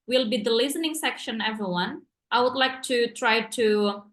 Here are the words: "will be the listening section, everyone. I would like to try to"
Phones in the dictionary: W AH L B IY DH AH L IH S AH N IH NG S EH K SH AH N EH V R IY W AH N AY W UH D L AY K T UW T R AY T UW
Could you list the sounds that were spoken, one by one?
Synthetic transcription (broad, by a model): W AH L B IY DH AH L IH S AH N IH NG S EH K SH AH N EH V R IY W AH N AY W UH D L AY K T UW T R AY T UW